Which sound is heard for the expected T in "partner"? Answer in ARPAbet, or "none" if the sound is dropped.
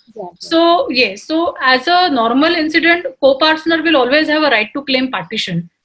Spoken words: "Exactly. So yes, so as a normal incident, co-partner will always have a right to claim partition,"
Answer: S